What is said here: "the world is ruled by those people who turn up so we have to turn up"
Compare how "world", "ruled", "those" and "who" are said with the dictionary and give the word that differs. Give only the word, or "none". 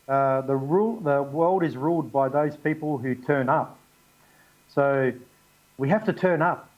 none